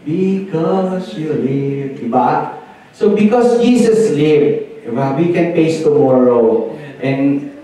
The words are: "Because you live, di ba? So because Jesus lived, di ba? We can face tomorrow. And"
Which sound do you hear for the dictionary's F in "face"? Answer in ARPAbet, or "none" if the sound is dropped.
P